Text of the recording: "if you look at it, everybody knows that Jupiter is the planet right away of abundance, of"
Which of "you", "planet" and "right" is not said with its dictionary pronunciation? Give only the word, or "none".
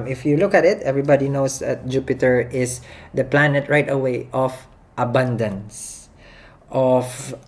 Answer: none